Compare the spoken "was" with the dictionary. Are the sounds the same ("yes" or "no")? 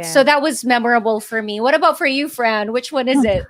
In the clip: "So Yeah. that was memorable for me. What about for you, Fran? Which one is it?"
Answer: yes